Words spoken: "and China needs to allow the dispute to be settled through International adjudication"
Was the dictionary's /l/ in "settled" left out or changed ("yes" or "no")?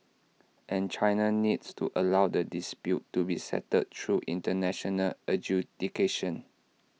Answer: yes